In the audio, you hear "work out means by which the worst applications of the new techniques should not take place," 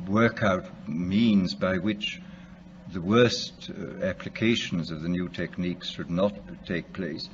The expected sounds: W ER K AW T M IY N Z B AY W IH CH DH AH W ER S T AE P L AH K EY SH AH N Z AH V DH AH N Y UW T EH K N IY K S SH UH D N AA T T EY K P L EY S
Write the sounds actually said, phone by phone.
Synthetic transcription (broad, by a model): W ER K AW T M IY N Z B AY W IH CH DH AH W ER S T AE P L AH K EY SH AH N Z AH V DH AH N Y UW T EH K N IY K S SH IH D N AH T T EY K P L EY S